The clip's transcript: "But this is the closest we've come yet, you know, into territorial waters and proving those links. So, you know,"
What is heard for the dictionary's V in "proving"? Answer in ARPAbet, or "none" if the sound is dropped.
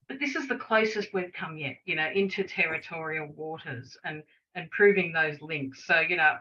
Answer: V